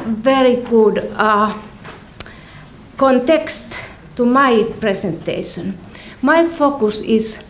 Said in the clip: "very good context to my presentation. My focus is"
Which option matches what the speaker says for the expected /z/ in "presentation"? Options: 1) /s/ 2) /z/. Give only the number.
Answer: 1